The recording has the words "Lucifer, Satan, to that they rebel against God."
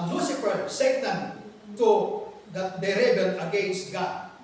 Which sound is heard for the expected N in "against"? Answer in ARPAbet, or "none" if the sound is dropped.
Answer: none